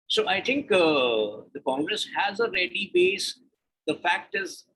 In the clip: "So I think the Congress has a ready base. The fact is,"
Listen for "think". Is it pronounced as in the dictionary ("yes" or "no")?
no